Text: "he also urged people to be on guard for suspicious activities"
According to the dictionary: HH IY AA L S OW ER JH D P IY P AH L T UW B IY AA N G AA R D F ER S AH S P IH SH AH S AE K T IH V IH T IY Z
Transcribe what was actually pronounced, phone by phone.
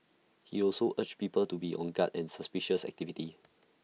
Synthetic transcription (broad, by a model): HH IY AA L S OW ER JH P IY P AH L T UW B IY AA N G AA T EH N S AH S P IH SH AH S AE K T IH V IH T IY